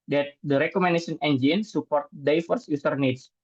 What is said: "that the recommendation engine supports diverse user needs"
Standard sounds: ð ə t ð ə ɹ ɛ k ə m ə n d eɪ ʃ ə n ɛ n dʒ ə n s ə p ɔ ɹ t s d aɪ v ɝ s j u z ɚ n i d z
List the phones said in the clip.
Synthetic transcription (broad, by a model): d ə t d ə ɹ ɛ k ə m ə n d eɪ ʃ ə n ɛ n dʒ ə n s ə p ɔ ɹ t d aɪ f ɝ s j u s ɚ n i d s